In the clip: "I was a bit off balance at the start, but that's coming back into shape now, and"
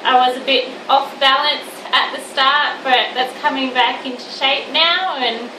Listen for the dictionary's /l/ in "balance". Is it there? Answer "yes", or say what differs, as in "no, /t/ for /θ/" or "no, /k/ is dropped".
yes